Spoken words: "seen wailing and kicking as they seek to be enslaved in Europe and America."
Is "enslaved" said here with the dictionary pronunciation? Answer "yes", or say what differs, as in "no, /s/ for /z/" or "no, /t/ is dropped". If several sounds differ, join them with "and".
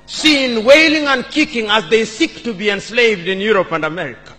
yes